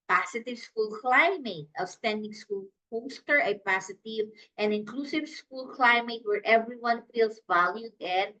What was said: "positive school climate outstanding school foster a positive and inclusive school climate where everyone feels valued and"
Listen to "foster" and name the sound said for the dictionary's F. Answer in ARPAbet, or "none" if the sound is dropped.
P